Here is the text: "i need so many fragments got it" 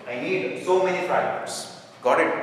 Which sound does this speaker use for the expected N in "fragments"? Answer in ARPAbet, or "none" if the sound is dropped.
none